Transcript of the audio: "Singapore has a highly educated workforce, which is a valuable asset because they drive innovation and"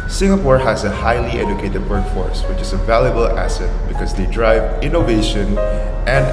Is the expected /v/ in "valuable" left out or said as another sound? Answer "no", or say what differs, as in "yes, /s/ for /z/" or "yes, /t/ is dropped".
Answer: no